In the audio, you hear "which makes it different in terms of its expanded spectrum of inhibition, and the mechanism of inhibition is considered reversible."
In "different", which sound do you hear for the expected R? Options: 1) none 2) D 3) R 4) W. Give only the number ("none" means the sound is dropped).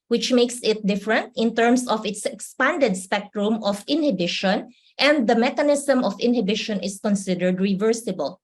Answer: 3